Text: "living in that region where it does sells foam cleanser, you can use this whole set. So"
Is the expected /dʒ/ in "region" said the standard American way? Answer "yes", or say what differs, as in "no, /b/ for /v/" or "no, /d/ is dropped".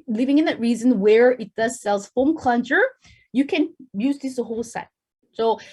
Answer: no, /z/ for /dʒ/